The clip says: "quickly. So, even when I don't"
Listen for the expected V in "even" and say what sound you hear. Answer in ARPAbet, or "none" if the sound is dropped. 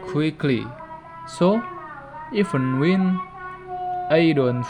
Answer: F